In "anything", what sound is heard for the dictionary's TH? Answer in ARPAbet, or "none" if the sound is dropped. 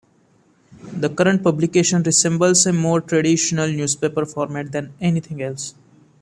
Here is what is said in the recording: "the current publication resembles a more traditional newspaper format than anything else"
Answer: T